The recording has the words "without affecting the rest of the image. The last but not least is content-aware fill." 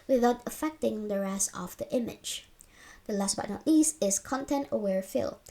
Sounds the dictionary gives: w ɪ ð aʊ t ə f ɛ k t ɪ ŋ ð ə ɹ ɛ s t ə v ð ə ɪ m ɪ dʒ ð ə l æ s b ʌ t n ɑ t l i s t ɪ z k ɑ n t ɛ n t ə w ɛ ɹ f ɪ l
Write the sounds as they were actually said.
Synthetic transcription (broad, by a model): w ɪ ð aʊ t ə f ɛ k t ɪ ŋ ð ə ɹ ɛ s ə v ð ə ɪ m ɪ dʒ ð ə l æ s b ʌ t n ɑ t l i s ɪ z k ɑ n t ɛ n t ə w ɛ ɹ f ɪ l